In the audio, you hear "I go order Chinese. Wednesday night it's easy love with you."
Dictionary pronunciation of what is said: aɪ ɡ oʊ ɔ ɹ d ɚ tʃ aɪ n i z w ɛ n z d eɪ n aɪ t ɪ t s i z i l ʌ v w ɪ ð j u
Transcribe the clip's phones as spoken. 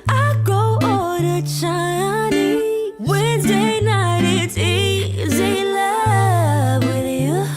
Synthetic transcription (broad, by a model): aɪ ɡ oʊ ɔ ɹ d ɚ tʃ aɪ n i w ɛ n z d eɪ n aɪ t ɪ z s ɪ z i l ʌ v w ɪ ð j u